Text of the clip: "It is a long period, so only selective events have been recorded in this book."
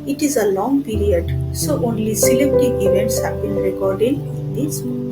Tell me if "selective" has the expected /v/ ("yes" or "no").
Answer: no